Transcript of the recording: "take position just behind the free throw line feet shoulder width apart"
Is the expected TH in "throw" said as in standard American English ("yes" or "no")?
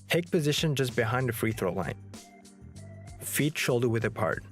yes